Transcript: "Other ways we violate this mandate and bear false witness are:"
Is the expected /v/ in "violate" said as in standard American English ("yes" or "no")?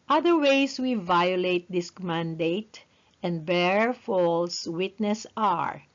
yes